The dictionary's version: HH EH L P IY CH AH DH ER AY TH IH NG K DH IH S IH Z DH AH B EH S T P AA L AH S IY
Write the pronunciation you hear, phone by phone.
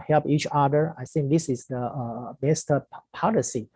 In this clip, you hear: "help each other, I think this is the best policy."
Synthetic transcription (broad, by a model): HH EH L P IY CH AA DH ER AY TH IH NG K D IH S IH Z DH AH B EH S T P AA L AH S IY